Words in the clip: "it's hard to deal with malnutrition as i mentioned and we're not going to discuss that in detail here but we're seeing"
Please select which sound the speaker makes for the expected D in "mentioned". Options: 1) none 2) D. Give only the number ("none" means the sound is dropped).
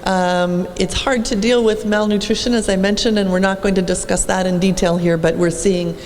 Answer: 2